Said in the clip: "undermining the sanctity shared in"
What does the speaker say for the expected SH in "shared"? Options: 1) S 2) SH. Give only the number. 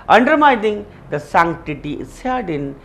1